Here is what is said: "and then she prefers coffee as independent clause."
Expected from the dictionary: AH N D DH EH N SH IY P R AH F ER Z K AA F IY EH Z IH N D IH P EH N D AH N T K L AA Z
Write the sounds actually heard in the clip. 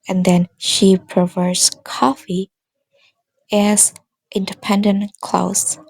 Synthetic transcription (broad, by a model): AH N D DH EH N SH IY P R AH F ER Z K AA F IY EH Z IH N D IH P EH N D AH N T K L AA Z